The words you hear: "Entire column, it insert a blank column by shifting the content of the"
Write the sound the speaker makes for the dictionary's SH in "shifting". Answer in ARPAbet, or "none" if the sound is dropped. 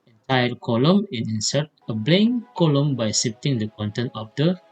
S